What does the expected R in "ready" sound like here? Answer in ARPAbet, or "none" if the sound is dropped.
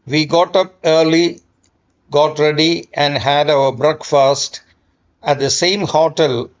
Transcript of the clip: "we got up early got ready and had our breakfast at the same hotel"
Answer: R